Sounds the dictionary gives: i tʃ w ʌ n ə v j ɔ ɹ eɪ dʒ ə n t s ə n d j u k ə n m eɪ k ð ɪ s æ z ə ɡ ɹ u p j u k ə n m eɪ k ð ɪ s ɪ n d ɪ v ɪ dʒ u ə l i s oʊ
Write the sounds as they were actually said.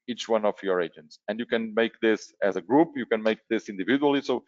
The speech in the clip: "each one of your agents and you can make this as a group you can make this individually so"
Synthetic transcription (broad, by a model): i tʃ w ʌ n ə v j ɔ ɹ eɪ dʒ ə n t s ə n d j u k ə n m eɪ k ð ɪ s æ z ə ɡ ɹ u p j u k ə n m eɪ k ð ɪ s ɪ n d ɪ v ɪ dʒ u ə l i s oʊ